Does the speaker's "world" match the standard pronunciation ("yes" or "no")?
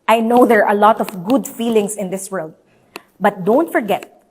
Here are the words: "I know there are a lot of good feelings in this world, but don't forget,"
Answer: yes